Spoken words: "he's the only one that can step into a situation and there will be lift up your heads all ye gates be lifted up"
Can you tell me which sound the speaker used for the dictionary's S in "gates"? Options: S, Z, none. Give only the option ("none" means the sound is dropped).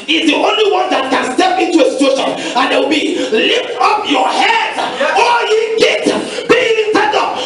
none